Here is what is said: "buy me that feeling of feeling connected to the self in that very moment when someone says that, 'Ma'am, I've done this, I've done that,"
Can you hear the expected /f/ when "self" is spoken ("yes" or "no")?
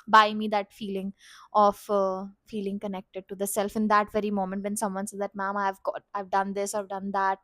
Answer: yes